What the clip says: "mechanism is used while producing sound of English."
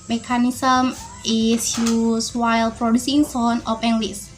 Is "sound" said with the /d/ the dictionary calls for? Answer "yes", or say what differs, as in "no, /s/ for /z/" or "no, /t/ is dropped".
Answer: no, /d/ is dropped